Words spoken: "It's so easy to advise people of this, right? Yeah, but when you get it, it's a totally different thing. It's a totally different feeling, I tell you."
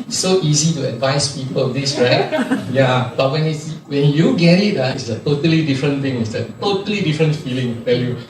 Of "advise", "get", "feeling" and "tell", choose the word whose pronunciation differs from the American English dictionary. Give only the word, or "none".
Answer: advise